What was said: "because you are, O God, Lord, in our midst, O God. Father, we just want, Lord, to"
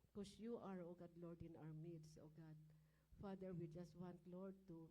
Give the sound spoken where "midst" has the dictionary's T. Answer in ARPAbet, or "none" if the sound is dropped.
none